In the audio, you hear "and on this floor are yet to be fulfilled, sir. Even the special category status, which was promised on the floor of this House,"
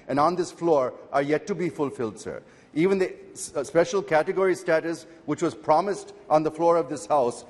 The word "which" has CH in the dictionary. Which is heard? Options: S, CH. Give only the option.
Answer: CH